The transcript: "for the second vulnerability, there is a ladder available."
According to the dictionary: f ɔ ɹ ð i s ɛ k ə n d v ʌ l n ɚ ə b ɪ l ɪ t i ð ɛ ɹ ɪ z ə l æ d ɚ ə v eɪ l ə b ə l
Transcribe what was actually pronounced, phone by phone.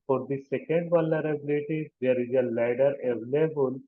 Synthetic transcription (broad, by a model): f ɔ ɹ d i s ɛ k ə n d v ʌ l ɚ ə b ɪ l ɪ t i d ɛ ɹ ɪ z ə l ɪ d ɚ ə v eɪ l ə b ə l